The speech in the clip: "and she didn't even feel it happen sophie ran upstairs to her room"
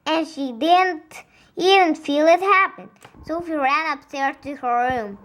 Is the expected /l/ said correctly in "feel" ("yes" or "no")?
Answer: yes